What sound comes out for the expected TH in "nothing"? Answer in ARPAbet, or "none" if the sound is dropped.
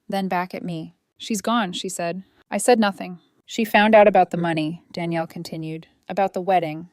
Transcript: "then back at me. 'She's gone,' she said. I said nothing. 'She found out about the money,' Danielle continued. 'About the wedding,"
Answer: TH